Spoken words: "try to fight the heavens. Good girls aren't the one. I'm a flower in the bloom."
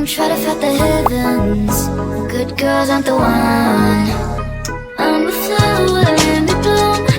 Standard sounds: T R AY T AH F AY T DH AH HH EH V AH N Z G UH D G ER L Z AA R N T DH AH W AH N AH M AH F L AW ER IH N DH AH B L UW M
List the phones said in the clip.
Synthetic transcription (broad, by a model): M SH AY T AH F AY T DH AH HH EH V AH N Z G UH D G ER L Z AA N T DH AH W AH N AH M AH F AW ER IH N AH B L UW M